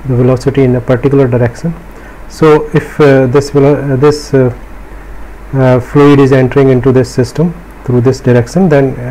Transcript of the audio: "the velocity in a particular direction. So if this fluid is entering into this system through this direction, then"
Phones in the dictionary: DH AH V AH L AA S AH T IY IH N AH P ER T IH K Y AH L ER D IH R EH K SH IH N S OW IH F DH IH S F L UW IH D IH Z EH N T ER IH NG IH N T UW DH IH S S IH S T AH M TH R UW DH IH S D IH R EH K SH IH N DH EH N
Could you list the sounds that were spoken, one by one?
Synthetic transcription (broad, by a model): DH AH V AH L AA S AH T IY IH N AH P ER T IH K Y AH L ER D IH R EH K SH IH N S OW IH F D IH S F L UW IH D IH Z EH N T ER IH NG IH N T UW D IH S S IH S T AH M T R UW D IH S D IH R EH K SH IH N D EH N